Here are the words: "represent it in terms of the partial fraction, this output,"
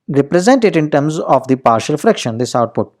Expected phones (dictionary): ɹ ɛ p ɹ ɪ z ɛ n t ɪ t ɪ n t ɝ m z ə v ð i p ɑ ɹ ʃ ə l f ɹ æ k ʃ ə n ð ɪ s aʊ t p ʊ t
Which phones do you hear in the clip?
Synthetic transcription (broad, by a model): ɹ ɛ p ɹ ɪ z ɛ n t ɪ t ɪ n t ɝ m z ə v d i p ɑ ɹ ʃ ə l f ɹ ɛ k ʃ ə n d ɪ s aʊ t p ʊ t